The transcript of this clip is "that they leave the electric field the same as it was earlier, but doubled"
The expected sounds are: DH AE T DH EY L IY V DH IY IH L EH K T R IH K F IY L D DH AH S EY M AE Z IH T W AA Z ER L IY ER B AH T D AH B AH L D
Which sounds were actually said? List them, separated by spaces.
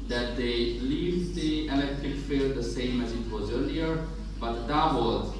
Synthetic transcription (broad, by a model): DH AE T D EY L IY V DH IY IH L EH K T R IH K F IY L D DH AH S EY M AE Z IH T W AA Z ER L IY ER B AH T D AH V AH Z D